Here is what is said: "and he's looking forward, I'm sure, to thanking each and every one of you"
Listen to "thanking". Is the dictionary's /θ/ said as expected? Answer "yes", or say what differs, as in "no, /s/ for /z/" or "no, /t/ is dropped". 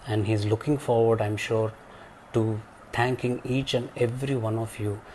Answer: no, /t/ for /θ/